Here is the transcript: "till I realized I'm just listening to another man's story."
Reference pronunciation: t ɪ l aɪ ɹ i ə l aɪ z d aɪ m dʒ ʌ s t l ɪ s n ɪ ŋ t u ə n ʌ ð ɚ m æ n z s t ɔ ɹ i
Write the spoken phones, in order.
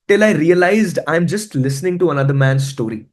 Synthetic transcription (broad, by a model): t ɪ l aɪ ɹ i ə l aɪ z d aɪ m dʒ ʌ s t l ɪ s n ɪ ŋ t u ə n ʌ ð ɚ m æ n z s t ɔ ɹ i